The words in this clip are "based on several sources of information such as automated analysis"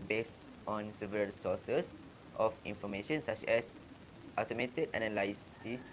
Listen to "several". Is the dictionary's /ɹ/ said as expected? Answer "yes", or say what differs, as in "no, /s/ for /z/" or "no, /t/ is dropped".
no, /ɹ/ is dropped